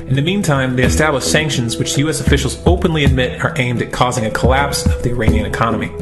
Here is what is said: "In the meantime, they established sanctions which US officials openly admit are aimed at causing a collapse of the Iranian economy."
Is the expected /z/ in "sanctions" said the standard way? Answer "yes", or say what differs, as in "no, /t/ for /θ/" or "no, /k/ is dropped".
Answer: yes